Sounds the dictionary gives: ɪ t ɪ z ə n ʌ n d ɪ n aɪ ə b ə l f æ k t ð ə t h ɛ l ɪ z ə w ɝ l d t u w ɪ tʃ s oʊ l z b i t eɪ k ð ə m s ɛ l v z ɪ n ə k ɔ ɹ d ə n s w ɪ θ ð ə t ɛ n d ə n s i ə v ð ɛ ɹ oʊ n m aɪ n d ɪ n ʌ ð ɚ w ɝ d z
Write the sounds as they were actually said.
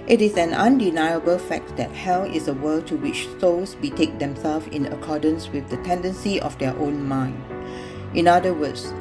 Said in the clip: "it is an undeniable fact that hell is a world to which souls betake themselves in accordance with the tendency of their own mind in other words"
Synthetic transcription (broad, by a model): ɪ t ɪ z ə n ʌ n d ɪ n aɪ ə b ə l f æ k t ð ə t h ɛ l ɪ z ə w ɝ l t u w ɪ tʃ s oʊ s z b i t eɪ k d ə m s ɛ l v ɪ n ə k ɔ d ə n s w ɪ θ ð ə t ɛ n d ə n s i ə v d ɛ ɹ oʊ n m aɪ n d ɪ n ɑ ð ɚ w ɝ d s